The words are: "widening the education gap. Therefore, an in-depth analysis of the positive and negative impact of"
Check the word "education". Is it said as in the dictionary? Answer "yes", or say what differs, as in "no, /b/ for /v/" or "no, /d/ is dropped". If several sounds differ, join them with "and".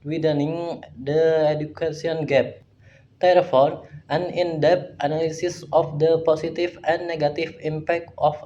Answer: no, /s/ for /ʃ/